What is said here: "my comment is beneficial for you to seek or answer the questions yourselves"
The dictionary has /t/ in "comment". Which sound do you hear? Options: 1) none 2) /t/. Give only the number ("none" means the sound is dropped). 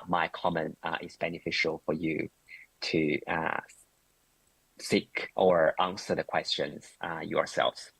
2